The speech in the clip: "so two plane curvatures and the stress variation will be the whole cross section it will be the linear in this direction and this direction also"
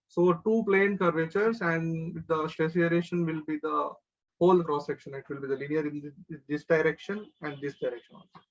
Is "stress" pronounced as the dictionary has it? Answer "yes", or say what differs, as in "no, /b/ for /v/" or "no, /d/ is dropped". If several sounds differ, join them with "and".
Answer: no, /ɹ/ is dropped